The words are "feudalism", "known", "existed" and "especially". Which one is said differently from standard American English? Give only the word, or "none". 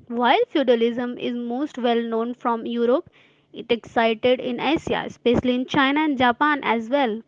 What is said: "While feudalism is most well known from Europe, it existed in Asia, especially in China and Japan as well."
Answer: existed